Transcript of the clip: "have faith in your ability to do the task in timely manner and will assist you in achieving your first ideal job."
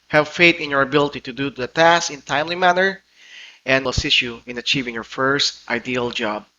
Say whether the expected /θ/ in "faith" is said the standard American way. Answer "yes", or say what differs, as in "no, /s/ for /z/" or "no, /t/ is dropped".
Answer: no, /t/ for /θ/